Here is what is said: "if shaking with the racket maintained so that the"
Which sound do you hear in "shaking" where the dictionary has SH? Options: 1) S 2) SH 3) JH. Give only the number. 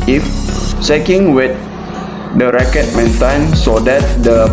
1